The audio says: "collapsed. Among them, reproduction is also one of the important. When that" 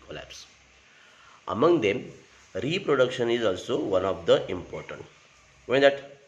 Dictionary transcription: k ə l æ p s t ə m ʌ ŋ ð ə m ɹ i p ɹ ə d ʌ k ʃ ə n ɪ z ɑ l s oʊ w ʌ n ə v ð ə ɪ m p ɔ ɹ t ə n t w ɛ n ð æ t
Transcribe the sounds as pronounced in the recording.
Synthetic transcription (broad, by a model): k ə l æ p s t ə m ʌ ŋ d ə m ɹ i p ɹ ə d ʌ k ʃ ə n ɪ z ɑ l s oʊ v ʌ n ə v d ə ɪ m p ɔ ɹ t ə n t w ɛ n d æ t